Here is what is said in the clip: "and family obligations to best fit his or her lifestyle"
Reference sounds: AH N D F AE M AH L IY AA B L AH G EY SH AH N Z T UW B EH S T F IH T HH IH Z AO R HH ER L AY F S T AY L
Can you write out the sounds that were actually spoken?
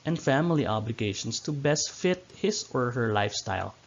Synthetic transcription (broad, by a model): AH N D F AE M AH L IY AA B L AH G EY SH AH N S T UW B EH S T F IH T HH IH S AO R HH ER L AY F S T AY L